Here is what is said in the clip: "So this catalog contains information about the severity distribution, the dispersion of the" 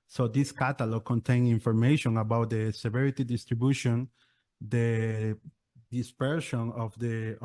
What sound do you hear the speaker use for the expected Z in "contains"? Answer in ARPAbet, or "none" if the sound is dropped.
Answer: none